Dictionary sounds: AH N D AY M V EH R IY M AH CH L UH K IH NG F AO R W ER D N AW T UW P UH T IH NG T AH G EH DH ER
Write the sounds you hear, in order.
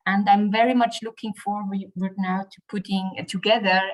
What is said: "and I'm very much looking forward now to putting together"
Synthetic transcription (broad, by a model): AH N D AY M V EH R IY M AH CH L UH K IH NG F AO R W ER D N AW T UW P UH T IH NG T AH G EH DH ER